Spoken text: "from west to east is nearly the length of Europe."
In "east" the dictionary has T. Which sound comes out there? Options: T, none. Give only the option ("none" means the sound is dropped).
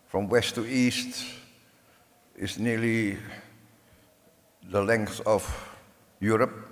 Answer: T